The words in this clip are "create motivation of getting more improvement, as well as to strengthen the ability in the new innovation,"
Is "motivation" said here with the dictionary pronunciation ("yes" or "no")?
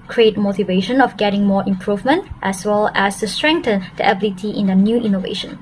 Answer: yes